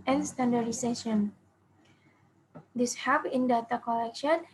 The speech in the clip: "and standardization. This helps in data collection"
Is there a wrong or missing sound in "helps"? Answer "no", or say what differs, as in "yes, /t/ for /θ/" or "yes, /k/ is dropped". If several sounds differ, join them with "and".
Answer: yes, /l/ is dropped and /s/ is dropped